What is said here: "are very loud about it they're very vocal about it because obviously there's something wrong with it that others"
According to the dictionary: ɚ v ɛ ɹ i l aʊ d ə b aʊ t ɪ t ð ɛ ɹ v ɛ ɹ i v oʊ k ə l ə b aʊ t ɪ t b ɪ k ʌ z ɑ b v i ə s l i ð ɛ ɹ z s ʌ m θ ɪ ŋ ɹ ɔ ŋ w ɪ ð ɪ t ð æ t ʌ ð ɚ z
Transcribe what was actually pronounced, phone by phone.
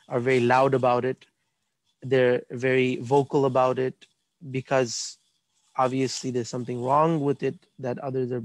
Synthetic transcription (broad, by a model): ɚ v ɛ ɹ i l aʊ d ə b aʊ t ɪ t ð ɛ ɹ v ɛ ɹ i v oʊ k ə l ə b aʊ t ɪ t b ɪ k ʌ z ɑ b v i ə s l i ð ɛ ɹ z s ʌ m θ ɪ ŋ ɹ ɔ ŋ w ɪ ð ɪ t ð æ t ʌ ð ɚ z